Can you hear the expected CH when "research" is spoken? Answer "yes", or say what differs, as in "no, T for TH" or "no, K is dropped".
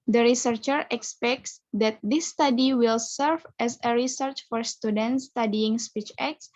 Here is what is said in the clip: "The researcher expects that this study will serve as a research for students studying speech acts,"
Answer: yes